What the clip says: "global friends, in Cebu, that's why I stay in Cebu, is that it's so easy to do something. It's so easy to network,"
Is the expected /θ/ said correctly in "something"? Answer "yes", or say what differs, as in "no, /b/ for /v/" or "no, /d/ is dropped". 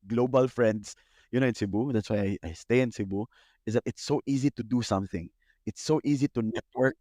yes